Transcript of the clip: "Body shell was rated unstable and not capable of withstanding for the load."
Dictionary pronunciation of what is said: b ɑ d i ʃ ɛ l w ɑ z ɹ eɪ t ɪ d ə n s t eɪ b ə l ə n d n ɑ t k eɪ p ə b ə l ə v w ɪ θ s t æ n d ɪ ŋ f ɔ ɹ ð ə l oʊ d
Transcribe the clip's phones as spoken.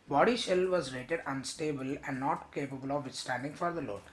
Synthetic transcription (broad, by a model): b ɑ d i ʃ ɛ l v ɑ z ɹ eɪ t ɪ d ə n s t eɪ b ə l ə n d n ɑ t k eɪ p ə b ə l ə v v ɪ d s t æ n d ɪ ŋ f ɔ ɹ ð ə l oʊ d